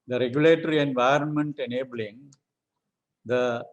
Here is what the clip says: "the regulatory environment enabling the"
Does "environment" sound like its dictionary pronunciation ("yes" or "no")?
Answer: yes